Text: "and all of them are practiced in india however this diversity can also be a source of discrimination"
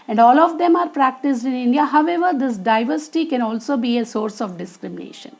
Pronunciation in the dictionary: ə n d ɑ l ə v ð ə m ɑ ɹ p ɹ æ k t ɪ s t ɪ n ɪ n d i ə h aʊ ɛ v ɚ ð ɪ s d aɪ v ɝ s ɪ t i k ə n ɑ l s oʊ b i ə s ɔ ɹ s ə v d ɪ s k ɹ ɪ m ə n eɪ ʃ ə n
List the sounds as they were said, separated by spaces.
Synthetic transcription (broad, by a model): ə n d ɑ l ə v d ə m ɑ ɹ p ɹ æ k t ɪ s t ɪ n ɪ n d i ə h aʊ ɛ v ɚ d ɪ s d aɪ v ɝ s ɪ t i k ə n ɑ l s oʊ b i ə s ɔ ɹ s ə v d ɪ s k ɹ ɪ m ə n eɪ ʃ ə n